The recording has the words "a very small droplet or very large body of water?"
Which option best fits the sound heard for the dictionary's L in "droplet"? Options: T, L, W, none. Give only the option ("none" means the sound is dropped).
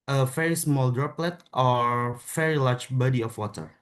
L